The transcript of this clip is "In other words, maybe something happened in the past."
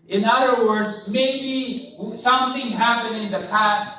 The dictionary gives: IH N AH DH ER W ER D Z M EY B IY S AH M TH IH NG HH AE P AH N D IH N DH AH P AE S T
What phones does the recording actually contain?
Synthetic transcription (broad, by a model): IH N AH DH ER W ER D Z M EY B IY S AH M TH IH NG HH AE P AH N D IH N DH AH P AE S T